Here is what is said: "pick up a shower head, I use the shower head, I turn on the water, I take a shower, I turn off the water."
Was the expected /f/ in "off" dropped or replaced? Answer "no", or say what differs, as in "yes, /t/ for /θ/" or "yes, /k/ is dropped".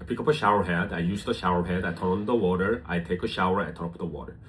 yes, /p/ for /f/